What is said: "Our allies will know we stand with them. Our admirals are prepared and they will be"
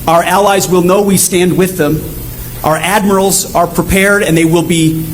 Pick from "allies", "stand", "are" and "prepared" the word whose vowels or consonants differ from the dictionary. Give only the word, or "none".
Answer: none